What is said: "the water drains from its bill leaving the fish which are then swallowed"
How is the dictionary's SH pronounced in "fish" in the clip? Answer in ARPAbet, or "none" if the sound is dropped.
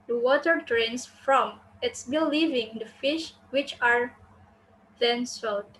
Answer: SH